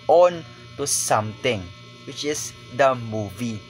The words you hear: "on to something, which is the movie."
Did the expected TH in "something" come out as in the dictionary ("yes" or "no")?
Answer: no